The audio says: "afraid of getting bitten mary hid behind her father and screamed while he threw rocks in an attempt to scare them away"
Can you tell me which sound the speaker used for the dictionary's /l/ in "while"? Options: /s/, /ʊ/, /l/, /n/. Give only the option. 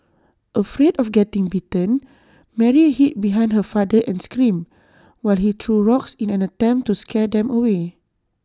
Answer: /l/